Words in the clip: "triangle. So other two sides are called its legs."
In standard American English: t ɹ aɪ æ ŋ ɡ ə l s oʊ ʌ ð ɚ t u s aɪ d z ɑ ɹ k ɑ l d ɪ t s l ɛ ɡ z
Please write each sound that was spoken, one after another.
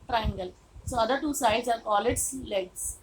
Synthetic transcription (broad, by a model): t ɹ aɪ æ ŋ ɡ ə l s oʊ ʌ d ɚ t u s aɪ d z ɑ ɹ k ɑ l ɪ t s l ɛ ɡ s